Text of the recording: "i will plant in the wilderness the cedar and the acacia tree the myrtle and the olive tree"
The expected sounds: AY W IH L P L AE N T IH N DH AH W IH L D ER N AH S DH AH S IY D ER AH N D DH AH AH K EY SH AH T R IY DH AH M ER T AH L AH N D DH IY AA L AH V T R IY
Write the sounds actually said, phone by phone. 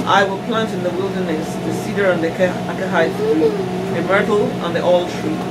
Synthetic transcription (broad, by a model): AY W IH L P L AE N T IH N DH AH W IH L D ER N AH S DH AH S IY D ER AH N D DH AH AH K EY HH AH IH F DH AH M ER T L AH N DH IY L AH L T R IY